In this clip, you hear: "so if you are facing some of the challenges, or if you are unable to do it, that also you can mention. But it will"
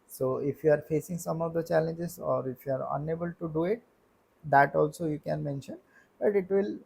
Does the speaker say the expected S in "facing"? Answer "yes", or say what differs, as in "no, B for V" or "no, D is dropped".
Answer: yes